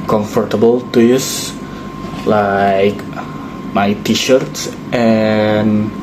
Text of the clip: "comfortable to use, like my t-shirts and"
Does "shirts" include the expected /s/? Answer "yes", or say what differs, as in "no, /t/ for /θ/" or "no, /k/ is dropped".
yes